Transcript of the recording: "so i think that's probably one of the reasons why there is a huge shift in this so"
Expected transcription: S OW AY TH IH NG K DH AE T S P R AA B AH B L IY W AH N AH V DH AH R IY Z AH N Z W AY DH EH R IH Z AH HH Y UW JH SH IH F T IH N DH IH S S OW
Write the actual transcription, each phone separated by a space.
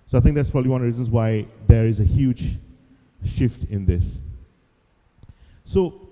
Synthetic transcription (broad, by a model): S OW AY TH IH NG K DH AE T S P R AA B AH B L IY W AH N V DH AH R IY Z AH N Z W AY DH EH R IH Z AH HH Y UW JH SH IH F T IH N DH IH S S OW